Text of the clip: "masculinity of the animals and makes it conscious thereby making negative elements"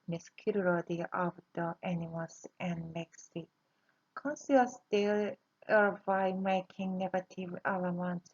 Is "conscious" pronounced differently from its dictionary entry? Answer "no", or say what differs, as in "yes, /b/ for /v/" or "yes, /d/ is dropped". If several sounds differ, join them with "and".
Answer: yes, /s/ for /ʃ/